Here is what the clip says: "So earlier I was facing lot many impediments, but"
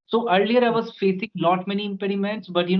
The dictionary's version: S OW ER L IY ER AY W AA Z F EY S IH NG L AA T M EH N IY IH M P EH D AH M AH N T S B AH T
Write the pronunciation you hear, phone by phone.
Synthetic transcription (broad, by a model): S OW ER L IY ER AY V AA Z F EY S IH NG N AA T M EH N IY IH M P EH D AH M AH N T S B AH T